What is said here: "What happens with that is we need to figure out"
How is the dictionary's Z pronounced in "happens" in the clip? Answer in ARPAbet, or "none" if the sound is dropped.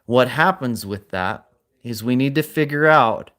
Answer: Z